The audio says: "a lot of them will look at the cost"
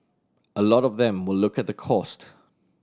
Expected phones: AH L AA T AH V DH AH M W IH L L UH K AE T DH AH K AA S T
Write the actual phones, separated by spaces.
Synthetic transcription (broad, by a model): AH L AA T AH V DH AH M W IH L L UH K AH T DH AH K AA S T